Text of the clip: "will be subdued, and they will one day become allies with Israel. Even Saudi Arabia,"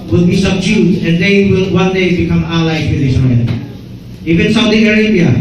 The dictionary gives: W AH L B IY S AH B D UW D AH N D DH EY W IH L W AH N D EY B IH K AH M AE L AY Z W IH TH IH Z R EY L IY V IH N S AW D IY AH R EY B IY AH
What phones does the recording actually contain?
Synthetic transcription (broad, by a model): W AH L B IY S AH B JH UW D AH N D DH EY W IH L W AH N D EY B IH K AH M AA L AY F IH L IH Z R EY N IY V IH N S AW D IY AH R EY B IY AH